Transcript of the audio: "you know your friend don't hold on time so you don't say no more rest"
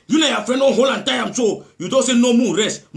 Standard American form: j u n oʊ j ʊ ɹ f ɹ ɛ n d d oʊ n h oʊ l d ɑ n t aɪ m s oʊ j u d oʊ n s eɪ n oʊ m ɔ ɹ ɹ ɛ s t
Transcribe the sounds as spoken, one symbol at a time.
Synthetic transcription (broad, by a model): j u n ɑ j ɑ f ɹ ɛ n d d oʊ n h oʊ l ɑ n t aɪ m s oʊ j u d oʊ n s eɪ n oʊ m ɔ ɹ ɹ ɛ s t